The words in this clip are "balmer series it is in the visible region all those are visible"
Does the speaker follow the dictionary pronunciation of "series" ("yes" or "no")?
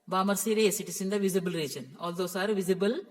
no